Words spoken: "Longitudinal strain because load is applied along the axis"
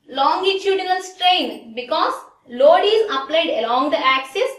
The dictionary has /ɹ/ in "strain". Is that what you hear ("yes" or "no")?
yes